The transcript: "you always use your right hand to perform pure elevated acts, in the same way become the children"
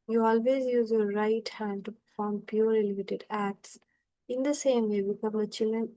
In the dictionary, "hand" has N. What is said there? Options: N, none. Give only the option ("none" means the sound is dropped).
N